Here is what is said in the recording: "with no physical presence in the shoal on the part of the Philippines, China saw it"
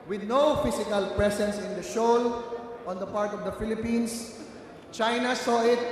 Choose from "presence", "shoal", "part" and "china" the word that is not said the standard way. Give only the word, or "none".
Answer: presence